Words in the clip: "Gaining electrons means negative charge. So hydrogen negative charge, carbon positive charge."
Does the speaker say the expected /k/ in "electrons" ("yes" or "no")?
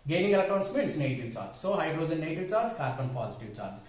no